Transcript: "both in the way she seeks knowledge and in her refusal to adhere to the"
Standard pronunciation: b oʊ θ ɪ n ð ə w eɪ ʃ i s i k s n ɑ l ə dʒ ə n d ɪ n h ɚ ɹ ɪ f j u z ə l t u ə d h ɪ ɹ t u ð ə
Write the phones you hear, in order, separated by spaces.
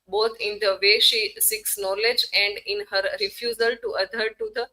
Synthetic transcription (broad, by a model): b oʊ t ɪ n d ə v eɪ ʃ i s i k s n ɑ l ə dʒ ə n d ɪ n h ɚ ɹ ɪ f j u z ə l t u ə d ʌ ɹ t u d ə